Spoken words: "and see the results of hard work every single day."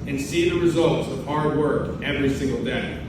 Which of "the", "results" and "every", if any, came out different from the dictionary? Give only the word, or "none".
none